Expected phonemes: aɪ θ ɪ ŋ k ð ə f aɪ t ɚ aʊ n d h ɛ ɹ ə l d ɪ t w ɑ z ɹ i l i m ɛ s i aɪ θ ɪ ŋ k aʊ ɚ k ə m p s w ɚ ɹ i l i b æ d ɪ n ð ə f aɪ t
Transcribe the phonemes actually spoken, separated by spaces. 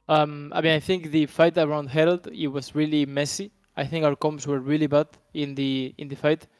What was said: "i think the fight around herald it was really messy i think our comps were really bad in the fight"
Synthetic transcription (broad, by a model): aɪ θ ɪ ŋ k ð ə f aɪ t ɚ aʊ n d h ɛ ɹ ə l d ɪ t w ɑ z ɹ i l i m ɛ s i aɪ θ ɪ ŋ k aʊ ɚ k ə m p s w ɚ ɹ i l i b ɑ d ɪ n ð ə f aɪ t